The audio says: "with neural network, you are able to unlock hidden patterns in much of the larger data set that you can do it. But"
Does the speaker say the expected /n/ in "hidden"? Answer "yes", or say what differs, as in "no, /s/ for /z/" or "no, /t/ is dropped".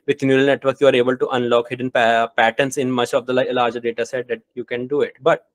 yes